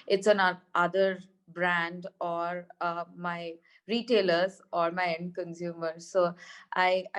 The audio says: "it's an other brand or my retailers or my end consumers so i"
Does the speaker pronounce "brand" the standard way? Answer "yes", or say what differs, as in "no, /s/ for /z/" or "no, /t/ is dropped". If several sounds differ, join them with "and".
yes